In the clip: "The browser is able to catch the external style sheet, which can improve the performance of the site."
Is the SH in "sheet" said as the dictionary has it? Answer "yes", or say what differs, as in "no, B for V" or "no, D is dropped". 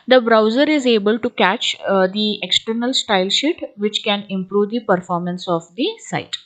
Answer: yes